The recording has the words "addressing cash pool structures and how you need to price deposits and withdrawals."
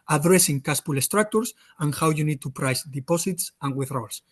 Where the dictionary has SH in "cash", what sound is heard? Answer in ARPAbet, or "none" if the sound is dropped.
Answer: S